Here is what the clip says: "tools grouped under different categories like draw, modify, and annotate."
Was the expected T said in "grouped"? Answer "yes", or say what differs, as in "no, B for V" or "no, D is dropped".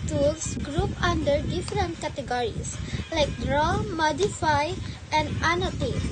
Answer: no, T is dropped